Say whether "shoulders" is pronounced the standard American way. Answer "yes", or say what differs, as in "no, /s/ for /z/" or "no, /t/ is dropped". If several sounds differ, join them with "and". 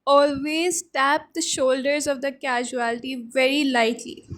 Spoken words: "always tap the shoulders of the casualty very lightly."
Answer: yes